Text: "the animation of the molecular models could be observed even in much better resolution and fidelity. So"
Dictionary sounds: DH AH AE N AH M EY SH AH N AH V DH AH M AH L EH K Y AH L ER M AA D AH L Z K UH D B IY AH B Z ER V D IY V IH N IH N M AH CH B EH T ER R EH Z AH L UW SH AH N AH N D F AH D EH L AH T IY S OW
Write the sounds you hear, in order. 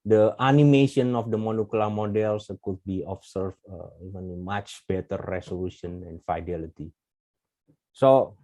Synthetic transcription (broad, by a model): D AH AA N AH M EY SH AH N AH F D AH M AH N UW K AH L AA M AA D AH L S K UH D B IY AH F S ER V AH IH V IH N M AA CH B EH T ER R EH S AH L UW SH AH N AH N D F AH D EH L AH T IY S OW